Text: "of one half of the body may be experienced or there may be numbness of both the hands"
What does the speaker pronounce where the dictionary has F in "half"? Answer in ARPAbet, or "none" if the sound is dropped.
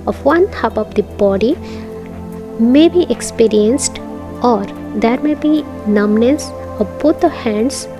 P